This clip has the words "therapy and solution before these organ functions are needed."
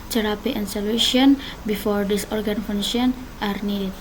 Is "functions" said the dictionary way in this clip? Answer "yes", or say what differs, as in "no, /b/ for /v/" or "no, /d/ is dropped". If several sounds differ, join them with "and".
no, /k/ is dropped and /z/ is dropped